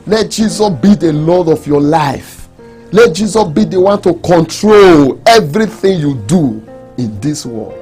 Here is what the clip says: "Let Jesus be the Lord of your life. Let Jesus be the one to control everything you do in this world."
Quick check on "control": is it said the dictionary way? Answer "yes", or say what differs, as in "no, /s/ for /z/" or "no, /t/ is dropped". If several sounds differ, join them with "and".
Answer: yes